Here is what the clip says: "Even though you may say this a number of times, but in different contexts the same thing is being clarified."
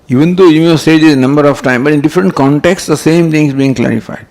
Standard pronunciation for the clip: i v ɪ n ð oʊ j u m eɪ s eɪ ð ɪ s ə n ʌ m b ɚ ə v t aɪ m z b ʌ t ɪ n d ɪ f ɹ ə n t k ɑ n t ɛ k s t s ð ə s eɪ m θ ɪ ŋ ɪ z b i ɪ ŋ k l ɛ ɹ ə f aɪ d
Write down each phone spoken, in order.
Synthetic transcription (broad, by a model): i v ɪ n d oʊ j u m eɪ s eɪ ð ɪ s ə n ʌ m b ɚ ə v t aɪ m b ʌ t ɪ n d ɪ f ɹ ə n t k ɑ n t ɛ k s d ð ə s eɪ m t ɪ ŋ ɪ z b i ɪ ŋ k l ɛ ɹ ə f aɪ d